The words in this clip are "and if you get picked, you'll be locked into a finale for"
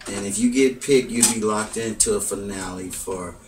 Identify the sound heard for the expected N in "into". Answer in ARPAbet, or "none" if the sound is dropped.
N